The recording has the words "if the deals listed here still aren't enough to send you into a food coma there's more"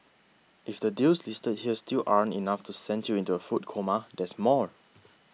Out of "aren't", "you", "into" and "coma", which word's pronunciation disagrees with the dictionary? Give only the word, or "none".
aren't